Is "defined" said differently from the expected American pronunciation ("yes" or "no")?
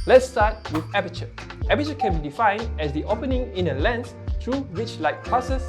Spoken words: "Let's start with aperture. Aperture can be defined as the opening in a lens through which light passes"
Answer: no